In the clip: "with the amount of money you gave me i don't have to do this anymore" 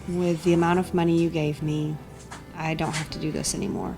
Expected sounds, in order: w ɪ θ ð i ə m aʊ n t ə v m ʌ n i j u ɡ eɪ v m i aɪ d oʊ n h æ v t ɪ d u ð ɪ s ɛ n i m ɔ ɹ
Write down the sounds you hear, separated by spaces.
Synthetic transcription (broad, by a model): w ɪ ð i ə m aʊ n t ə v m ʌ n i j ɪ ɡ eɪ v m i aɪ d oʊ n h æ f t ɪ d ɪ ð ɪ s ɛ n i m ɔ ɹ